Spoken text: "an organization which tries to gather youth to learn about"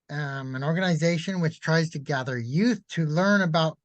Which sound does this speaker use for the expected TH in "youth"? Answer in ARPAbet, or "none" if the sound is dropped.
TH